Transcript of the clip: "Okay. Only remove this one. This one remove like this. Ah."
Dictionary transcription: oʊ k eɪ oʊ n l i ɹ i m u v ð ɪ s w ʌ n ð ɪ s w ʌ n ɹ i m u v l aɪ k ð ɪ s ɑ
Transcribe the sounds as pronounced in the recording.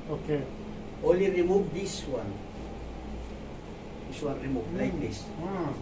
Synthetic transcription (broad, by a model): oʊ k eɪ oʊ l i ɹ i m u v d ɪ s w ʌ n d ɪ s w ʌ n ɹ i m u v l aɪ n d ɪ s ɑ